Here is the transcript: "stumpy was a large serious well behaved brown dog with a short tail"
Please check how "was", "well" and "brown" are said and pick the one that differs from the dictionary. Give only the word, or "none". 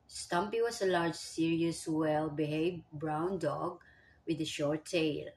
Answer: was